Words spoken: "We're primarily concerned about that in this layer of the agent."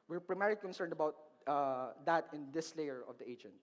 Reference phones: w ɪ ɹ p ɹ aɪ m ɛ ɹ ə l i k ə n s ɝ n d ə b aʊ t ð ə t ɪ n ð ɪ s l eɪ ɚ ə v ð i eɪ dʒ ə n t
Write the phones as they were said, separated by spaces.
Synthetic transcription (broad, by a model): w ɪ ɹ p ɹ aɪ m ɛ ɹ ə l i k ə n s ɝ n d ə b aʊ t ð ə t ɪ n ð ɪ s l eɪ ɚ ə v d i eɪ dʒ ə n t